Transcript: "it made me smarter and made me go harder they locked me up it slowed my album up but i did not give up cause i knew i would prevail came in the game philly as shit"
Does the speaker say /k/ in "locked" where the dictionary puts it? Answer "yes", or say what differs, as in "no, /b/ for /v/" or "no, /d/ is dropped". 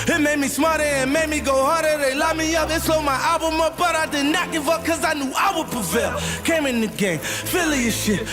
no, /k/ is dropped